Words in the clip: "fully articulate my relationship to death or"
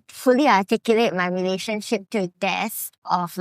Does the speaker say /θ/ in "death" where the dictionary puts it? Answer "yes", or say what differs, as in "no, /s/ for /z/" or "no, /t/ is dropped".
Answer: no, /s/ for /θ/